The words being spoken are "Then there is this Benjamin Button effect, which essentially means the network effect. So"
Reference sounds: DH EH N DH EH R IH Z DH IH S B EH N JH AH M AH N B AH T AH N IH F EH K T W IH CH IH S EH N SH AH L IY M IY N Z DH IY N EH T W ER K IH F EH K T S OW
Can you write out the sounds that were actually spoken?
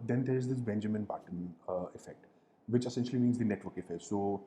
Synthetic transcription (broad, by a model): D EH N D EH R IH Z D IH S B EH N JH AH M AH N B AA T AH N IH F EH K T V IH CH IH S EH N SH AH L IY M IY N Z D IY N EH T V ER K IH F EH K T S OW